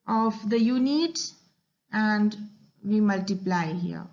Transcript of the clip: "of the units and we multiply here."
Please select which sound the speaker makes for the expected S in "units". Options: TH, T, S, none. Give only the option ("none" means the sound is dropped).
none